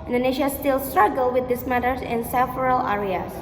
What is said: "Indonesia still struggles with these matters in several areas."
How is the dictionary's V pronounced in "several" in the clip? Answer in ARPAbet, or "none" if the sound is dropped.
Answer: F